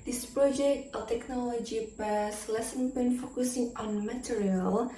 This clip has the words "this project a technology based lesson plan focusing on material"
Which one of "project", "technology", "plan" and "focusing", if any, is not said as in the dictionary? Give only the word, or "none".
plan